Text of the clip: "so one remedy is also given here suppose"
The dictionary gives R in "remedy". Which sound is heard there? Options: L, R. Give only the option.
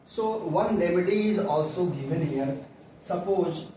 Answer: L